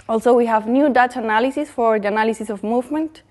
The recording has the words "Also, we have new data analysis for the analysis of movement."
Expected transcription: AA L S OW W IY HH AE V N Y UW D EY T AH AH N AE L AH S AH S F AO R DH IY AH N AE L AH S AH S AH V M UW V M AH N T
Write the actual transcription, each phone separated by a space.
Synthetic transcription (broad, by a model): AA L S OW W IY HH AE V N Y UW D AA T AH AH N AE L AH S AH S F AO R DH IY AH N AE L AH S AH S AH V M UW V M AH N T